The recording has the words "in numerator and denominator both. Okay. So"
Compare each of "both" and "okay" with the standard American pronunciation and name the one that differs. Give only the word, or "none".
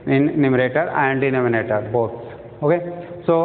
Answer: both